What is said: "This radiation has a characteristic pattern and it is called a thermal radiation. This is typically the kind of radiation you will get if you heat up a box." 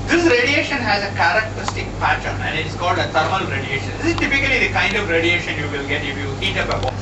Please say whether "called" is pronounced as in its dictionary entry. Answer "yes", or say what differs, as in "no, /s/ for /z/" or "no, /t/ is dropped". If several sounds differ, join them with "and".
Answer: yes